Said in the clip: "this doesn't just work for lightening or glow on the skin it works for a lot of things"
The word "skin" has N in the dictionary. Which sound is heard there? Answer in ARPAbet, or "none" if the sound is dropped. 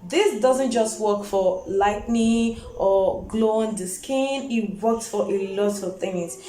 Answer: N